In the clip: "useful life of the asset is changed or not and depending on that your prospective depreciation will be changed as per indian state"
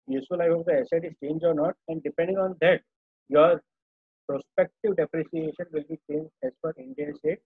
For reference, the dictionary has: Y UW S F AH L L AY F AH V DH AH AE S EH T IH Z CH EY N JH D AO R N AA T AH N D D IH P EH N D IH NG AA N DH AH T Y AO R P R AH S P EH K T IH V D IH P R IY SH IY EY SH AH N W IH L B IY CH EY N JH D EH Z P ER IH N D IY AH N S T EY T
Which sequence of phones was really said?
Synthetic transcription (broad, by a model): Y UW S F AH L L AY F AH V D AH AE S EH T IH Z CH EY N JH D AO R N AA T AH N D D IH P EH N D IH NG AA N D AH T Y AO R P R AH S P EH K T IH V D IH P R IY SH IY EY SH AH N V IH L B IY CH EY N JH D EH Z F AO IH N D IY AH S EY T